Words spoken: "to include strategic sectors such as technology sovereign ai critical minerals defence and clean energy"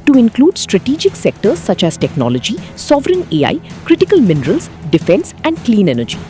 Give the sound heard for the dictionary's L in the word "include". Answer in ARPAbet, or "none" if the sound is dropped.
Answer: L